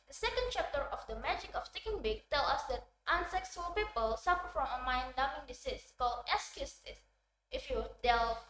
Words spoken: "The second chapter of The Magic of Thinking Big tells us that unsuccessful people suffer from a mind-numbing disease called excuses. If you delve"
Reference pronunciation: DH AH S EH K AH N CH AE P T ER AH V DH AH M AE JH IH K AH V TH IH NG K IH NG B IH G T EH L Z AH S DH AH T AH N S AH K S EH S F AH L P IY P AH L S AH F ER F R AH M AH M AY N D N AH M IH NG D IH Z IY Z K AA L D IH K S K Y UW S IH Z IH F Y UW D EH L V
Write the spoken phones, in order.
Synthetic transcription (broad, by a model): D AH S EH K AH N CH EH P T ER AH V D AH M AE JH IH K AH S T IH K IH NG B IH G T EH L AH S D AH T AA N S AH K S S AH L P IY P AH L S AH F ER F R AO M AH M AY N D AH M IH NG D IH S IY S K AA L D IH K S K Y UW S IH S IH F Y UW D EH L